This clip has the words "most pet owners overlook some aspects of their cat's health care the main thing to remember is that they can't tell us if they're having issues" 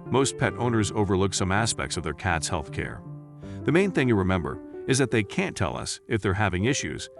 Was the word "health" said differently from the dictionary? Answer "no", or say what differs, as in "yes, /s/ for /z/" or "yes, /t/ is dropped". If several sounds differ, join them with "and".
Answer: no